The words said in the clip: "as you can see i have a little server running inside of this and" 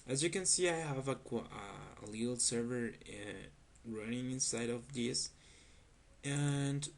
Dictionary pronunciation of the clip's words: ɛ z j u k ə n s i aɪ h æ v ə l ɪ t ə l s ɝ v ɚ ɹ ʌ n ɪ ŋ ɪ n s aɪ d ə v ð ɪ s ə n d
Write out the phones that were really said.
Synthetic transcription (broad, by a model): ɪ z j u k ə n s i aɪ h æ v ə l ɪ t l s ɝ v ɚ ɹ ʌ n ɪ ŋ ɪ n s aɪ d ə v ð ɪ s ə n d